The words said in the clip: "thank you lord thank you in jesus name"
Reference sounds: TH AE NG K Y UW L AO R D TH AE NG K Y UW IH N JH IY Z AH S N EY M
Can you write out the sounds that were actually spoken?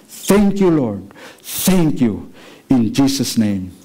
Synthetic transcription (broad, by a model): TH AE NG K Y UW L AO R D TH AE NG K Y UW IH N JH IY S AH S N EY M